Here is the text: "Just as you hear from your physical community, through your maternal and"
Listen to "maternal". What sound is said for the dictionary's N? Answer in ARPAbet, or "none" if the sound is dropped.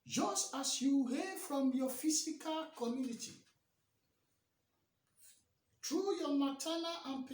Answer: L